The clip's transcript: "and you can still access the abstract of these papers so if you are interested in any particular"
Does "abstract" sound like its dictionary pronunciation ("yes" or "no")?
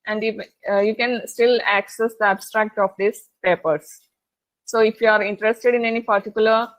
yes